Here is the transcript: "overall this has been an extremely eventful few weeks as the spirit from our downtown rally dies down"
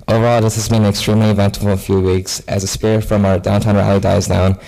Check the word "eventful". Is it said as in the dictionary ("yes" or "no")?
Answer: no